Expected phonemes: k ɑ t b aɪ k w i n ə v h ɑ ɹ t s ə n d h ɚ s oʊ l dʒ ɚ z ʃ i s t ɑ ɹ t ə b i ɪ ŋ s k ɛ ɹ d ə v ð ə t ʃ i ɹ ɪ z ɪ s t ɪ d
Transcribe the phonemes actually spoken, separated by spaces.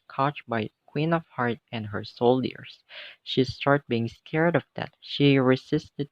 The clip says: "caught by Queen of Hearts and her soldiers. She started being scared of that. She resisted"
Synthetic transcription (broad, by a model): k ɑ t b aɪ k w i n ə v h ɑ ɹ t ə n d h ɚ s oʊ l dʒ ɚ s ʃ i s t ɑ ɹ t b i ɪ ŋ s k ɛ ɹ d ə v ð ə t ʃ i ɹ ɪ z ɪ s t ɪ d